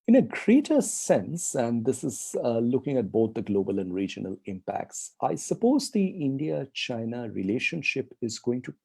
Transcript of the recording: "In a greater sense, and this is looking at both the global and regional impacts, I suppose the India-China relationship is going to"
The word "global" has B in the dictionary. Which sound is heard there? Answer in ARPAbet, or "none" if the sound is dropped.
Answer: B